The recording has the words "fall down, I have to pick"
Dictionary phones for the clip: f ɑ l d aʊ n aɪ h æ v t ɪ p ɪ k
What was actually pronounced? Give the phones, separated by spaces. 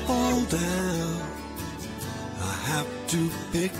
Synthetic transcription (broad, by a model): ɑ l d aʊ aɪ h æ f t ɪ p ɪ k